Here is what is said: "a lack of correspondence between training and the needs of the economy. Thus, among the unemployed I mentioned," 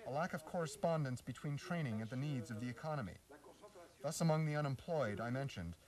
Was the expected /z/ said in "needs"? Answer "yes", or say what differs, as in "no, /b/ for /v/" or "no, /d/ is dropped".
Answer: yes